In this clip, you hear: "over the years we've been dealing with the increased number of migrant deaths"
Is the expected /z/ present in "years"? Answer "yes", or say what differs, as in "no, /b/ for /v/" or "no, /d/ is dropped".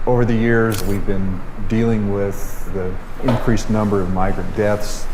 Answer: yes